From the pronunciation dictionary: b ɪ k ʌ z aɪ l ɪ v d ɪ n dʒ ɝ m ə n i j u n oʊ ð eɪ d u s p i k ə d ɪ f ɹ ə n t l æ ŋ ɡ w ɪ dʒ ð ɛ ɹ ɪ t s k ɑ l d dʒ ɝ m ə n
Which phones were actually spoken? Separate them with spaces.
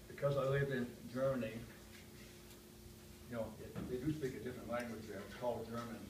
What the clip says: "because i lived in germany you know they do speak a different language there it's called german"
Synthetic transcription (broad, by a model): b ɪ k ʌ z aɪ l ɪ v ɪ n dʒ ɝ m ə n i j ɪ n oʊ ð eɪ d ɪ s p i k ə d ɪ f ɹ ə n t l æ ŋ ɡ w ɪ dʒ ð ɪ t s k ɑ l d dʒ ɝ m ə n